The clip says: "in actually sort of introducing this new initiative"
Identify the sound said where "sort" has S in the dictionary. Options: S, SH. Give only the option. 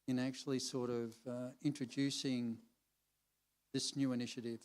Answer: S